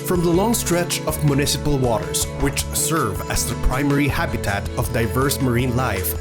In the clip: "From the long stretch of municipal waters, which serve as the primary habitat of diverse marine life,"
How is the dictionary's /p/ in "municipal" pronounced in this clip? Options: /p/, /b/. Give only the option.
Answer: /p/